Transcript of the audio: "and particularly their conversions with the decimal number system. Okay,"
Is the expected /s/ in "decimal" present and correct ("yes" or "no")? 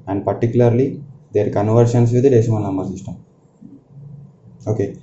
no